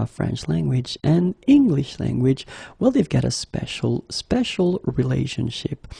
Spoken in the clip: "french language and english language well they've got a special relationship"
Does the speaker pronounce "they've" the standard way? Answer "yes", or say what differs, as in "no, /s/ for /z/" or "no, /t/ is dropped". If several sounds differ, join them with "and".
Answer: yes